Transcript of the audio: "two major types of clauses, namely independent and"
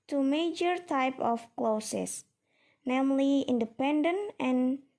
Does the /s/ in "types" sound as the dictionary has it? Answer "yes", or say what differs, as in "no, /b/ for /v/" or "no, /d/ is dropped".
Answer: no, /s/ is dropped